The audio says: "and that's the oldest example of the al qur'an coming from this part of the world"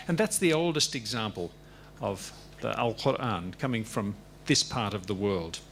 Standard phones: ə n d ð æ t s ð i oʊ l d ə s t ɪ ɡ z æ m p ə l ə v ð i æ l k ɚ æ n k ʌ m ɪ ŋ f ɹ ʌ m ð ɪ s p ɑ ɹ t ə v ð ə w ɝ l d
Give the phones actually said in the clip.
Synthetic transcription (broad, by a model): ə n ð æ t s ð i oʊ l d ə s t ɪ ɡ z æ m p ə l ə v ð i æ l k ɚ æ n k ʌ m ɪ ŋ f ɹ ʌ m ð ɪ s p ɑ ɹ t ə v ð ə w ɝ l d